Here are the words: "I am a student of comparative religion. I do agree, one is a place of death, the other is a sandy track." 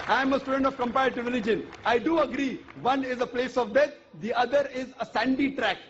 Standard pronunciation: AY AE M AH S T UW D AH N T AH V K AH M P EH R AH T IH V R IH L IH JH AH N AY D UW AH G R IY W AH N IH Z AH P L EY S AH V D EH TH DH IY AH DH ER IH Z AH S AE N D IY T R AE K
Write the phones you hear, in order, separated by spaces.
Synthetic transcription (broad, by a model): AY M AH S T UW D AH N T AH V K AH M P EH AH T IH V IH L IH JH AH N AY D UW AH G R IY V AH N IH Z AH P L EY S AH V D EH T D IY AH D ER IH Z AH S AE N D IY T R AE K